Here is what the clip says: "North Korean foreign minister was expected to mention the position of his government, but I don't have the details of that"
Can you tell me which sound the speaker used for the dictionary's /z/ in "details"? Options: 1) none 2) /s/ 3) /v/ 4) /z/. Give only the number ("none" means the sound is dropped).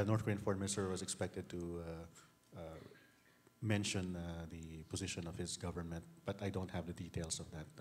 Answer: 2